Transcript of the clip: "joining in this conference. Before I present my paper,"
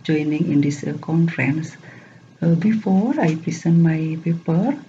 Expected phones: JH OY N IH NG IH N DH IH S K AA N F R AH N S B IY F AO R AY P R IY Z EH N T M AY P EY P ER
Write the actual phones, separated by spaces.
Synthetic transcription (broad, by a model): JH OY N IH NG IH N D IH S K AA N F R AH N S B IY F AO R AY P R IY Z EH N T M AY P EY P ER